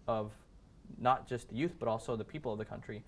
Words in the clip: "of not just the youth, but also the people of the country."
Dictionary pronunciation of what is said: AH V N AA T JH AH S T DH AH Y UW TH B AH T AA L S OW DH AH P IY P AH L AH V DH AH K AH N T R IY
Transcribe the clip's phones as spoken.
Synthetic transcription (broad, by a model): AH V N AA T JH AH S T DH AH Y UW TH B AH T AA L S OW DH AH P IY P L AH V DH AH K AH N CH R IY